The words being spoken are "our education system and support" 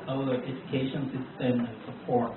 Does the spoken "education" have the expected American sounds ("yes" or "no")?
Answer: yes